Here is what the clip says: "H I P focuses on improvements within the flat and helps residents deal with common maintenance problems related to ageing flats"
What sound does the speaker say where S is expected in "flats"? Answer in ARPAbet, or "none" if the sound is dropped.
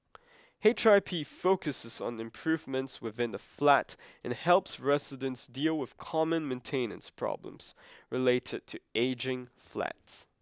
S